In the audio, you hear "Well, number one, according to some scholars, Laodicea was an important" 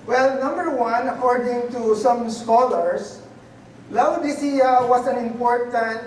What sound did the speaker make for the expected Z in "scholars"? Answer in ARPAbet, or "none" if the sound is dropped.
S